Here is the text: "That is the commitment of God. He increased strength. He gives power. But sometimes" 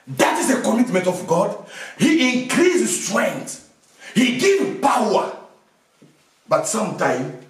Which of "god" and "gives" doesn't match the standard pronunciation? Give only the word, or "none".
gives